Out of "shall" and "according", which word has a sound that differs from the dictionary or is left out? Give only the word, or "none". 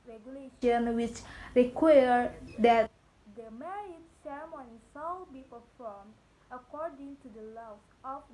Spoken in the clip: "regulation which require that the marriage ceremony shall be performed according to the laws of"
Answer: shall